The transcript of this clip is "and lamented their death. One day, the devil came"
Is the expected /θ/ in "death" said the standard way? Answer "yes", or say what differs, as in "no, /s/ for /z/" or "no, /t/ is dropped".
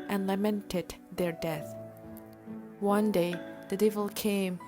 yes